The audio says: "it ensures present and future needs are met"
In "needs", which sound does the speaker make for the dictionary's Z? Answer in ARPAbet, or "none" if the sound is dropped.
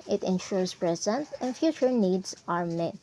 S